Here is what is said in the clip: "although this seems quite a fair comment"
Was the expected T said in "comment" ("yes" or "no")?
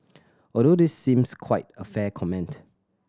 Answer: yes